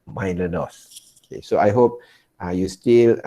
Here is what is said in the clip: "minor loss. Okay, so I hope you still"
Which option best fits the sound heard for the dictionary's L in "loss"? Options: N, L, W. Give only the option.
N